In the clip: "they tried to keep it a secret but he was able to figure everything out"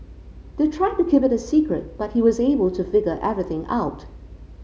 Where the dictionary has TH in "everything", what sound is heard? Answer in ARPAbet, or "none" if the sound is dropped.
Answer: TH